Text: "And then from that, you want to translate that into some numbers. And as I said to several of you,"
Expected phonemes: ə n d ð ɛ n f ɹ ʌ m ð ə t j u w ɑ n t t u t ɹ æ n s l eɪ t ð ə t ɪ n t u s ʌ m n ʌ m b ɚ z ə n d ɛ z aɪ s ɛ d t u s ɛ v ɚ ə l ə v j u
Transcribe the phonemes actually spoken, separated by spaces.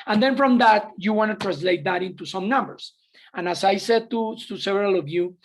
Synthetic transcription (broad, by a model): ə n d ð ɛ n f ɹ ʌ m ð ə t j u w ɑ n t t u t ɹ æ n s l eɪ t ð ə t ɪ n t u s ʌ m n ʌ m b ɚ s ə n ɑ s aɪ s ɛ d t u s ɛ v ɚ ə l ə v j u